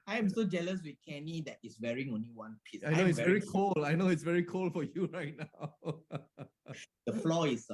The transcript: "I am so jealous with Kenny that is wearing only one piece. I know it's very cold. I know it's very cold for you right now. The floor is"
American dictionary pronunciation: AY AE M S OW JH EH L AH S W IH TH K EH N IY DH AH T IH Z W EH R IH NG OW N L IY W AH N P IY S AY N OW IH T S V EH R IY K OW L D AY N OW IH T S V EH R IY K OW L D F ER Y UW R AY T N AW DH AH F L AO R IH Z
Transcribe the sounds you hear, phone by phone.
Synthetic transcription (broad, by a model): AY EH M S OW JH EH L AH S W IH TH K EH N IY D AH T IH S W EH R IH NG OW N L IY W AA N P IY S AY N OW IH T S V EH R IY K OW L AY N OW IH T S V EH R IY K OW L F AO Y UW R AY T N AW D AH F L AO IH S